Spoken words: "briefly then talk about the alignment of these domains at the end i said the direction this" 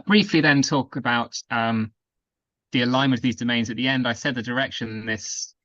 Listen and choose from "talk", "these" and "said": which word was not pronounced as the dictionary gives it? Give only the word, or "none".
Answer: none